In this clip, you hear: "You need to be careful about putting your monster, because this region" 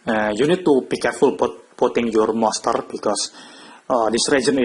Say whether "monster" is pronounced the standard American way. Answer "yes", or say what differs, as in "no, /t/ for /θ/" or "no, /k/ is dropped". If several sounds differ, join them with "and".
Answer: no, /n/ is dropped